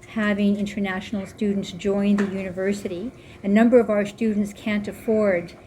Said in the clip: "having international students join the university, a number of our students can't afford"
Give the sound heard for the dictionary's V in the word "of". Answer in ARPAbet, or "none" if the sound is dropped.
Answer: V